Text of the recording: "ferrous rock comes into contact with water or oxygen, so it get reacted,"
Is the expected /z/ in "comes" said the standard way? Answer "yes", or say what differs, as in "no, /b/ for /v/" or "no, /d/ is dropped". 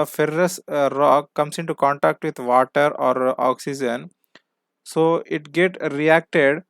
no, /s/ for /z/